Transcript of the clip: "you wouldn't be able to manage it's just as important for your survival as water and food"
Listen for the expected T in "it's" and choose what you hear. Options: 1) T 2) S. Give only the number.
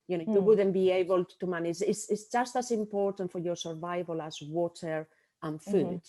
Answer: 2